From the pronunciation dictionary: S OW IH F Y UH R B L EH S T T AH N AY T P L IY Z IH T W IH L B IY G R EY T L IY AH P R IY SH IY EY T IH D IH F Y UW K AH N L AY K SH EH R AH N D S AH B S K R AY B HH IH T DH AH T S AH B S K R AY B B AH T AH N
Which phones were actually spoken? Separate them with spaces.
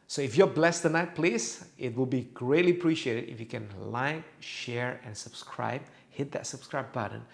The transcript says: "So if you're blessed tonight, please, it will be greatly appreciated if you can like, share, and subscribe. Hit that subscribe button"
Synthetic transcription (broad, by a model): S OW IH F Y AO B L EH S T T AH N AY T P L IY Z IH T W IH L B IY G R EY T L IY AH P R IY SH IY EY T IH D IH F Y UW K AH N L AY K SH EH R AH N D S AH B S K R AY B HH IH T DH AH T S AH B S K R AY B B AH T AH N